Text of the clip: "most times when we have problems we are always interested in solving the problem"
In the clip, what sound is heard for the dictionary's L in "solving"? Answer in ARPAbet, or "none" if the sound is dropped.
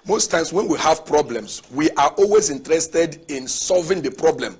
L